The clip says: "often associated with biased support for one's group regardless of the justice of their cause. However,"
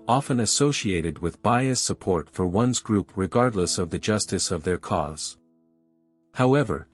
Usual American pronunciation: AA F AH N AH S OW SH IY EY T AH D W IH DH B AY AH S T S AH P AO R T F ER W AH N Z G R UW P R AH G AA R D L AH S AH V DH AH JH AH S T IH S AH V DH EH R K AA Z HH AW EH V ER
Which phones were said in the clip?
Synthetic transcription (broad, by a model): AA F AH N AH S OW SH IY EY T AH D W IH DH B AY AH S T S AH P AO R T F ER W AH N Z G R UW P R AH G AA R D L AH S AH V DH AH JH AH S T IH S AH V DH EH R K AA Z HH AW EH V ER